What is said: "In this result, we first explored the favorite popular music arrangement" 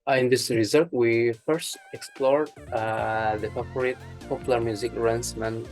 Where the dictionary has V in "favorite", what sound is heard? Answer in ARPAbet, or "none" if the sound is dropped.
P